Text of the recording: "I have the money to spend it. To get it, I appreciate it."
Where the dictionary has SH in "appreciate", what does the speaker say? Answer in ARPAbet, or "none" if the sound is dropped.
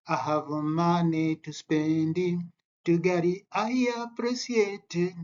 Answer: S